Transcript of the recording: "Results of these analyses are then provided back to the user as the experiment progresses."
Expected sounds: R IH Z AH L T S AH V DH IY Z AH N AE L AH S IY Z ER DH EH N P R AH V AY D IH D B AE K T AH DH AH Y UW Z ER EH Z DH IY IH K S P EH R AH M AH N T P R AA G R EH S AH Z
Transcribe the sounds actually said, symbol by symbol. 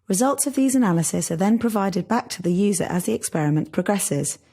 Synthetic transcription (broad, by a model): R IH Z AH L T S AH V DH IY Z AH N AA L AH S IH S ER DH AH N P R AH V AY D IH D B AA K T AH DH AH Y UW Z ER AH Z DH IY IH K S P EH R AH M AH N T P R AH G R EH S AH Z